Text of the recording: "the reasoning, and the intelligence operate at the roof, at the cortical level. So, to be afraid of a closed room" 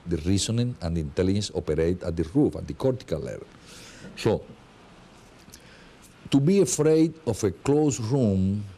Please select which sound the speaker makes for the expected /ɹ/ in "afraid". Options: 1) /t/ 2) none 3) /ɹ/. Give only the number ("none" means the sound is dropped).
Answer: 3